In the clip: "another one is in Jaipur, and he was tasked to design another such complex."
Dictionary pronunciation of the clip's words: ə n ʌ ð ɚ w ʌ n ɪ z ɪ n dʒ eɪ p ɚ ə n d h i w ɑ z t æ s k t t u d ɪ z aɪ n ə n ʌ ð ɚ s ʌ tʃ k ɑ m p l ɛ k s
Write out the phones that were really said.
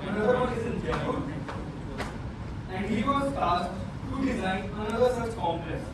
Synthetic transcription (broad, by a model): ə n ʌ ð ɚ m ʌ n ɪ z ɪ n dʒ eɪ ɚ ə n d h i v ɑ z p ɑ s t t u d ɪ z aɪ n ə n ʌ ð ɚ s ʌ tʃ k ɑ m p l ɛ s